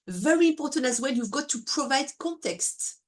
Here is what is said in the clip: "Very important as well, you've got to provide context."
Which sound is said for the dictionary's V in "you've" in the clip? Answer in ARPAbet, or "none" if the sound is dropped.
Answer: V